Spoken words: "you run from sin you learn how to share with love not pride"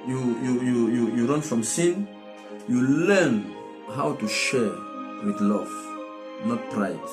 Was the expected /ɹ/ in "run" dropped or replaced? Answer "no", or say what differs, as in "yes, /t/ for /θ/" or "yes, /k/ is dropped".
no